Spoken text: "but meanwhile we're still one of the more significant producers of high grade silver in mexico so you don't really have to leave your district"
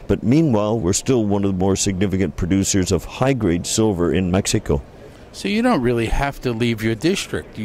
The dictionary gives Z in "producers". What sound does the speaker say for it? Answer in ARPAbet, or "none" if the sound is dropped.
Z